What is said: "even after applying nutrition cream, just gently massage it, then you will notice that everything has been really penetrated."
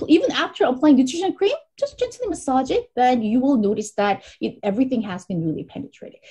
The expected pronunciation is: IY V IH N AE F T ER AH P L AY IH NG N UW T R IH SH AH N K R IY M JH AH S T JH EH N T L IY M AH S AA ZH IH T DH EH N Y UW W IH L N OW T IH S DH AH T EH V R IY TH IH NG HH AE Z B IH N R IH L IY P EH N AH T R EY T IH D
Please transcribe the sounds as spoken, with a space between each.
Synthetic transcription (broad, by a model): IY V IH N AE F T ER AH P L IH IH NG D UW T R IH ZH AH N K R IY M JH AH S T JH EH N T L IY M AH S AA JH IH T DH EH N Y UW W IH L N OW T IH S DH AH T EH V R IY TH IH NG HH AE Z B IH N R IH L IY P EH N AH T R EY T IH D